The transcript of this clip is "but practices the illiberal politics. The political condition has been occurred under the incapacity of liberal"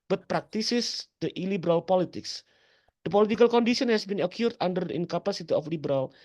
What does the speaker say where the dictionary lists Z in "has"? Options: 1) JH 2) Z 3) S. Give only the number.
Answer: 3